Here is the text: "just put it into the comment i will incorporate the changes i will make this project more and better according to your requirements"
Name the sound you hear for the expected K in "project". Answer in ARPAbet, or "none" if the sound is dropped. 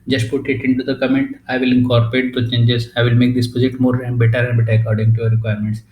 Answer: none